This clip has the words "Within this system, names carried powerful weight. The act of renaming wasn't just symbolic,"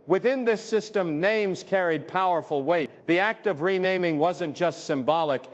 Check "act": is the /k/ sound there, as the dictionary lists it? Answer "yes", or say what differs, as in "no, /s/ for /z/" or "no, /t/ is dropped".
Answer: yes